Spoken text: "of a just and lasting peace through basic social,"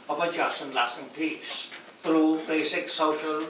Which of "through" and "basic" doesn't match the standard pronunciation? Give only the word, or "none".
through